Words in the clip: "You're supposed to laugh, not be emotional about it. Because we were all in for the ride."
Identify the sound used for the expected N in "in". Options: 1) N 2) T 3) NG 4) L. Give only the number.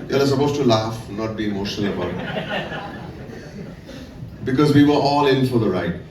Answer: 4